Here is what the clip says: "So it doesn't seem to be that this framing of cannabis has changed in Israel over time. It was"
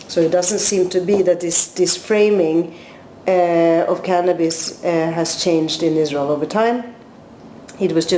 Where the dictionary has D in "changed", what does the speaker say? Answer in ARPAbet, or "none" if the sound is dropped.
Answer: D